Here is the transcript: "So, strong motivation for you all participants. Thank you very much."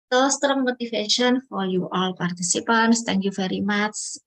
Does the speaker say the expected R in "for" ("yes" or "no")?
no